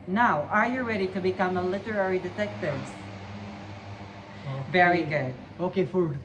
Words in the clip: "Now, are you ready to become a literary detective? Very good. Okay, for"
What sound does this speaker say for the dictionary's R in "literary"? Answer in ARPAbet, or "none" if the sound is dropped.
R